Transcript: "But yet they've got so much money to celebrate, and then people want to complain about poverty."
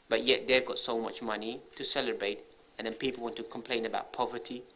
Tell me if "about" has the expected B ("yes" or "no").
yes